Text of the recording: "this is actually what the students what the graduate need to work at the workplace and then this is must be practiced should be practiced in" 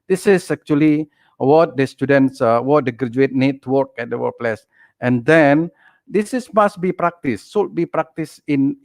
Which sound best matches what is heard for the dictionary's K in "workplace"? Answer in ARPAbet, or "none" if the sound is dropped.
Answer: none